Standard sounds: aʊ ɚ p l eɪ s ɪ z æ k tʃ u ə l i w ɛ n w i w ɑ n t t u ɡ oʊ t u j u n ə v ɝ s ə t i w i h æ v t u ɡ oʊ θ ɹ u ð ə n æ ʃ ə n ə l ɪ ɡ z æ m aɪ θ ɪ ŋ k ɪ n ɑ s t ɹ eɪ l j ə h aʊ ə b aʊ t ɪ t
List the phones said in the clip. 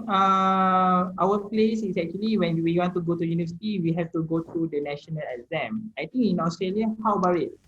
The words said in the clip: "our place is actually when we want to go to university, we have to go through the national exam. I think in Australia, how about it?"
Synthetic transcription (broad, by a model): aʊ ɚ p l eɪ s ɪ s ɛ k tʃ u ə l i w ɛ n w i w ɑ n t t u ɡ oʊ t u j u n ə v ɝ s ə t i w i h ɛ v t u ɡ oʊ t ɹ u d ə n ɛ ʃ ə n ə l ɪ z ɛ m aɪ t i ŋ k ɪ n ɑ s t ɹ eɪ l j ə h aʊ b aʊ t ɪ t